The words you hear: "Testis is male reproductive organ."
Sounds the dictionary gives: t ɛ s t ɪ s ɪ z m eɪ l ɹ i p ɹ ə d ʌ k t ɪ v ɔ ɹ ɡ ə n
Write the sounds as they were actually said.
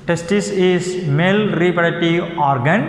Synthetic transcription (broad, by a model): t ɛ s t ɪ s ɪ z m eɪ l ɹ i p ə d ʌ t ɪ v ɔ ɹ ɡ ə n